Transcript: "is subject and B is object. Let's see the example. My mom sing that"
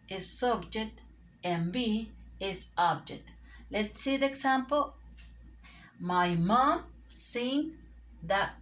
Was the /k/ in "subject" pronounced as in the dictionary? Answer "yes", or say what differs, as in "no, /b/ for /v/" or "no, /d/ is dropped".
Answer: yes